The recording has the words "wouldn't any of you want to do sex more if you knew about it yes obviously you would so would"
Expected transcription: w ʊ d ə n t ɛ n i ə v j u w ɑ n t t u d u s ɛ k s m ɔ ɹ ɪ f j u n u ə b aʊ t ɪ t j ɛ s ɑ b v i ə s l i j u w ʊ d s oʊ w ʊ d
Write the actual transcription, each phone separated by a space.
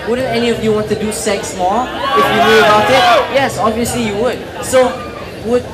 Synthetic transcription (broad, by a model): w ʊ d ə n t ɛ n i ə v j u w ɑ n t t u d u s ɛ k s m ɔ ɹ ɪ f j u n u ə b aʊ t ɪ t j ɛ s ɑ b v i ə s l i j u w ʊ d s oʊ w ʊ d